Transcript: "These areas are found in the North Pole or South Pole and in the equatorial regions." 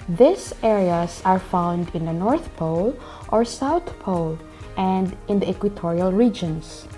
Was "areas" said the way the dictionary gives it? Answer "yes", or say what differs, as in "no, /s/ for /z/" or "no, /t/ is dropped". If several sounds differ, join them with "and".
no, /s/ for /z/